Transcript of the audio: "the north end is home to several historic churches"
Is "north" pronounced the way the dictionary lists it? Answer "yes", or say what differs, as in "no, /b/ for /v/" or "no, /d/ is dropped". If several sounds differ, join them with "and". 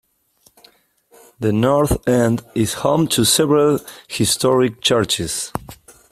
yes